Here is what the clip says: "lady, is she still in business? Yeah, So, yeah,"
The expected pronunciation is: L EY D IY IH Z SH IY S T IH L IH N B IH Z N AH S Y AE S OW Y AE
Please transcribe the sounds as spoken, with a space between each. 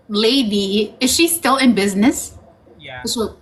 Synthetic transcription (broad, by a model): L EY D IY IH Z SH IY S T IH L IH N B IH Z N AH S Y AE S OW